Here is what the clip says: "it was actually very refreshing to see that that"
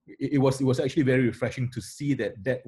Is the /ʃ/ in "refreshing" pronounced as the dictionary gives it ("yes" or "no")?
yes